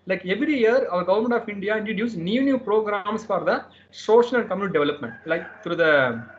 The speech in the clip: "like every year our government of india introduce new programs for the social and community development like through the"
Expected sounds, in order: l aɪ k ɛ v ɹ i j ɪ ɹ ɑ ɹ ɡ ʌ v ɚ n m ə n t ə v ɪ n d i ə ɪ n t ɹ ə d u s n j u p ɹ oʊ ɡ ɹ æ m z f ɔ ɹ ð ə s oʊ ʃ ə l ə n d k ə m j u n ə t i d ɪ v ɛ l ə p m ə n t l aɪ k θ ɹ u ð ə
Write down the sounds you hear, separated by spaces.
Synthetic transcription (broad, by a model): l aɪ k ɛ v ɹ i j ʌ ɹ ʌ ɹ ɡ ʌ v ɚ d m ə n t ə f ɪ n d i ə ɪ n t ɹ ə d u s n j u p ɹ oʊ ɡ ɹ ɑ m s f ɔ ɹ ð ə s oʊ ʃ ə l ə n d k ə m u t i d ɪ v ɛ l ə p m ə n t l aɪ k t ɹ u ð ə